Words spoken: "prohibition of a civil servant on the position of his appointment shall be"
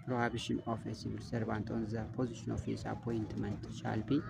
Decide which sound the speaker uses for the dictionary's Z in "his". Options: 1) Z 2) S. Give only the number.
2